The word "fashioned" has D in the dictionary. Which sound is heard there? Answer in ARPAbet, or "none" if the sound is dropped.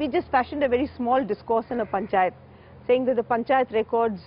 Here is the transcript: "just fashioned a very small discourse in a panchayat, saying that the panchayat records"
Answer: D